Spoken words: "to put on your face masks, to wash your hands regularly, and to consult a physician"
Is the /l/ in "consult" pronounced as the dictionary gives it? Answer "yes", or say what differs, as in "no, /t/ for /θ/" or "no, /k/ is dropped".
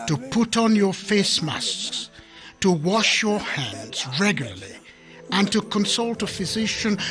yes